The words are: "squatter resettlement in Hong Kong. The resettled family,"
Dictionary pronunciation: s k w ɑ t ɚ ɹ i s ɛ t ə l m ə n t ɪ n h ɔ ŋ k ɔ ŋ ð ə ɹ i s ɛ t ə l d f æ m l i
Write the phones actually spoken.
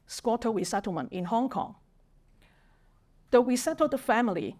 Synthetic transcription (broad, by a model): s k w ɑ t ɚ w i s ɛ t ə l m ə n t ɪ n h ɔ ŋ k ɔ ŋ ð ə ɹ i s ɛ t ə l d f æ m l i